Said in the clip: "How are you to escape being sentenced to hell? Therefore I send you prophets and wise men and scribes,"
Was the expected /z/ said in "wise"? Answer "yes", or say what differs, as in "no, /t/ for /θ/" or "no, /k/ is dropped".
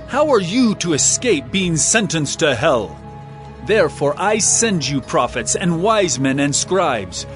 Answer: yes